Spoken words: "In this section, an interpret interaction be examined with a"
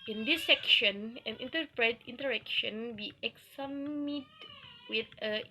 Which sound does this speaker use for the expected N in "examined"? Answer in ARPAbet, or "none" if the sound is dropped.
none